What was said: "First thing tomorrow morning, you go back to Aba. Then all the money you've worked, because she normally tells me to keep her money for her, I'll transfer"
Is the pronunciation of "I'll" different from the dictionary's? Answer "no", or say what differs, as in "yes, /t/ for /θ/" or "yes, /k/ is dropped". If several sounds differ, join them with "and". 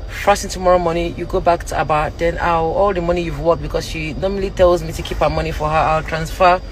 no